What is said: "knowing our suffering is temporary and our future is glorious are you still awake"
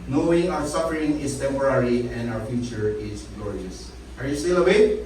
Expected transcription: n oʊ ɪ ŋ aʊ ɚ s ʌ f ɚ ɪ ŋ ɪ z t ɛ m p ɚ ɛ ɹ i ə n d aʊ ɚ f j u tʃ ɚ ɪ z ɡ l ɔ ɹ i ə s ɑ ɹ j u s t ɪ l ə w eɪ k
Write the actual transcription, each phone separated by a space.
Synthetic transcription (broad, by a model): n oʊ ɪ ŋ aʊ ɚ s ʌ f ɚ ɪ ŋ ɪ s t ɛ m p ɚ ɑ ɹ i ə n d aʊ ɚ f j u tʃ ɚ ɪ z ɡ ɔ ɹ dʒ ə s ɑ ɹ j u s t ɪ l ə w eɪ